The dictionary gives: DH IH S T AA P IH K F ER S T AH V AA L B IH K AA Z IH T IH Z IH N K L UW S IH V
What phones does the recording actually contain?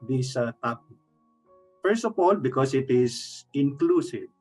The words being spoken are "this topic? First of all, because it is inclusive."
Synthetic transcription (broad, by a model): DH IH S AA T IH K F ER S T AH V AA L B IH K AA S IH T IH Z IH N K L UW S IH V